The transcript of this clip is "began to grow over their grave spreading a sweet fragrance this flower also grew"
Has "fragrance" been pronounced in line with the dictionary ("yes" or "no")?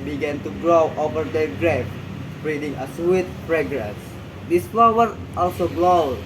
no